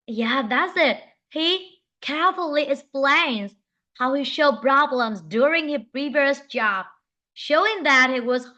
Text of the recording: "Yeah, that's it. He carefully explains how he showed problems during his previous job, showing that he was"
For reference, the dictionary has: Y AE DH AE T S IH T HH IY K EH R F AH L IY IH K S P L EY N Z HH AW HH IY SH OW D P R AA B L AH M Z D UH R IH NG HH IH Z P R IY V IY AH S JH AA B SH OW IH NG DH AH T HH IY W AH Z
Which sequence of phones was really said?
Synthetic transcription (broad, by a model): Y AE DH AE T S IH T HH IY K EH R F L IY IH K S P L EY N Z HH AW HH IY SH OW D P R AA B L AH M Z D UH R IH NG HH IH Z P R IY V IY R S JH AA B SH OW IH NG DH AH T HH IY W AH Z